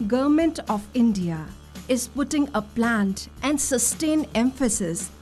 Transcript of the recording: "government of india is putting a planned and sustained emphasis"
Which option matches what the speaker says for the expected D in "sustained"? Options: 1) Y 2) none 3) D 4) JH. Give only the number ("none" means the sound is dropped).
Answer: 2